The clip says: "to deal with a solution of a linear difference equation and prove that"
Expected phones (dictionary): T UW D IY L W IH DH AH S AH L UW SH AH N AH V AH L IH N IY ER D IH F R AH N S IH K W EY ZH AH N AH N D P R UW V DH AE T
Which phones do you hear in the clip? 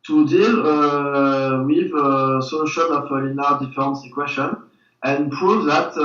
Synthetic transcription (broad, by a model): T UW D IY L W IH DH AH S AH L UW SH AH N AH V AH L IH N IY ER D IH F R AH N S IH K W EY SH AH N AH N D P R UW V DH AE T